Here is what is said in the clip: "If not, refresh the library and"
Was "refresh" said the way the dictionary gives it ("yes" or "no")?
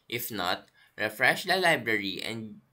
yes